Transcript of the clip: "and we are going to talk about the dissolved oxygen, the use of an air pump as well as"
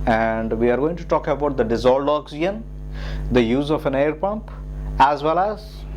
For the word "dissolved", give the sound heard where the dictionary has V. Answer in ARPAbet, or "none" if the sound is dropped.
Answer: none